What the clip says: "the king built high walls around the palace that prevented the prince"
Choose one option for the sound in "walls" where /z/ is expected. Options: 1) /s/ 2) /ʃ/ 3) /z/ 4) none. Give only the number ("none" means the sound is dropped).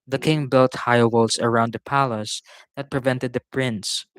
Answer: 1